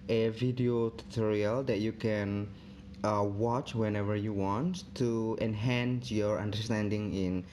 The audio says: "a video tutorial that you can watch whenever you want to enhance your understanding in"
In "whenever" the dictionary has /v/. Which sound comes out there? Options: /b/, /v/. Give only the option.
/v/